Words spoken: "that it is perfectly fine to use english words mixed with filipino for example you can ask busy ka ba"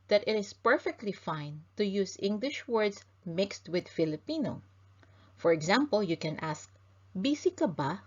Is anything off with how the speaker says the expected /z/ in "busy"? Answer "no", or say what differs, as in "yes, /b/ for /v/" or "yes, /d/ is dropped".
yes, /s/ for /z/